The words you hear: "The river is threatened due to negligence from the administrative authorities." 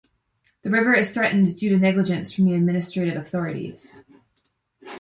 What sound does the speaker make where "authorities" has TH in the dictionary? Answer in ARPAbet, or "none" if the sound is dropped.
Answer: TH